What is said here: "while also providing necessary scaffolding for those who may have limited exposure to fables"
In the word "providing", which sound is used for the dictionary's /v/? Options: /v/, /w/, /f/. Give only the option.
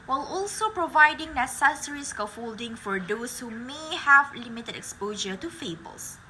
/v/